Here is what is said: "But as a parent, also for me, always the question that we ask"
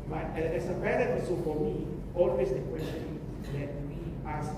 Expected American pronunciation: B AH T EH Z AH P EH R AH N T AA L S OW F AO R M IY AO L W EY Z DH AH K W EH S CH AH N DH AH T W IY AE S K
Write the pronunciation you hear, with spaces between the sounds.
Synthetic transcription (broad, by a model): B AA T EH S AH B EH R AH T AA L S OW F AO R M IY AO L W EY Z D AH K W EH S CH AH N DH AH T W IY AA S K